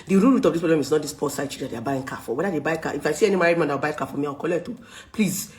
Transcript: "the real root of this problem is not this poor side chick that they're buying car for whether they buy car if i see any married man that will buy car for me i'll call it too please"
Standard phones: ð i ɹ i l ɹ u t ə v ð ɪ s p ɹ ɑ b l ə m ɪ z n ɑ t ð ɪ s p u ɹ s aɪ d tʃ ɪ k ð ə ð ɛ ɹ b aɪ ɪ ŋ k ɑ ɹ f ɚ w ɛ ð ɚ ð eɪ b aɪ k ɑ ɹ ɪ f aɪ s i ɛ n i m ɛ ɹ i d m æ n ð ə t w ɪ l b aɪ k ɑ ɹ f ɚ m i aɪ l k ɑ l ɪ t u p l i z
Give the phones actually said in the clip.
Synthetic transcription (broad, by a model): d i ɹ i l ɹ u t ə v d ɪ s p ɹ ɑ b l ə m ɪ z n ɑ t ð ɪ s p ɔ s aɪ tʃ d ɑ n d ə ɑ b aɪ ɪ ŋ k ɑ f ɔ w ɛ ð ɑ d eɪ b aɪ k ɑ ɪ f aɪ s i ɛ n i m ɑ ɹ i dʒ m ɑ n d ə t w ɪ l b aɪ k ɑ f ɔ m i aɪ w k ɑ l ɪ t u p l i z